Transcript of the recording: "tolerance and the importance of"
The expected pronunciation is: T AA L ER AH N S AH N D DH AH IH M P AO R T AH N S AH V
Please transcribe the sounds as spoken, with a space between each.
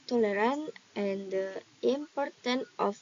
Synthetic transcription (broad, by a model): T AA L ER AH N AH N D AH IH M P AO R T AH N AH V